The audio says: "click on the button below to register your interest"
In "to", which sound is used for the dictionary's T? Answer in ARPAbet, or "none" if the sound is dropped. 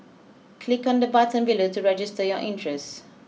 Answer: T